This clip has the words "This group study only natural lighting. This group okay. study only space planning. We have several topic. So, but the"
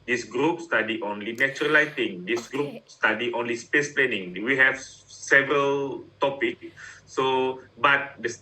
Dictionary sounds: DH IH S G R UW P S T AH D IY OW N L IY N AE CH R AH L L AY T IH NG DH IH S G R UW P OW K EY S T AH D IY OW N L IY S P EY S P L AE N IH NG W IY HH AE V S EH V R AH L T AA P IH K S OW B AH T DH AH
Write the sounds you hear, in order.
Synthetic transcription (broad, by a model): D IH S G R UW P S T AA D IY OW N L IY N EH CH R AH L L AY T IH NG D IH S G R UW P S T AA D IY OW N L IY S P EY S P L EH N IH NG W IY HH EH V S EH V R AH L T AA P IH K S OW B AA T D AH